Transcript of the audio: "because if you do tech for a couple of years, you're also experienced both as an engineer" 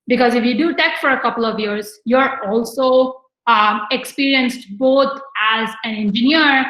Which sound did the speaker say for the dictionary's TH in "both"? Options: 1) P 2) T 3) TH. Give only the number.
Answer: 2